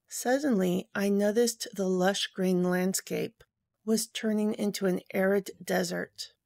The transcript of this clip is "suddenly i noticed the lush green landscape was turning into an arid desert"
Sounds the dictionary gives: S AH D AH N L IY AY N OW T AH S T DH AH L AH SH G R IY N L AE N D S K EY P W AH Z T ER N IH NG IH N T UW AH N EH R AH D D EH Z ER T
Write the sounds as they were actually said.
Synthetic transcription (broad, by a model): S AH D N L IY AY N OW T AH S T DH AH L AH SH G R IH N L AE N D S K EY P W AH Z T ER N IH NG IH N T UW AH N EH R AH D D EH Z ER T